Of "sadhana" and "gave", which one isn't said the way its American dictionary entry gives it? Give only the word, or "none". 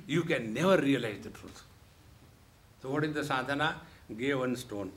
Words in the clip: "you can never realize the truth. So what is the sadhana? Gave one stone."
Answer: none